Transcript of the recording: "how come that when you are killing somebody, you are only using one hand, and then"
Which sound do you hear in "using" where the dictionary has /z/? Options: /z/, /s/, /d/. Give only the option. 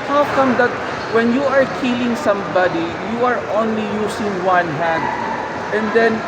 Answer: /s/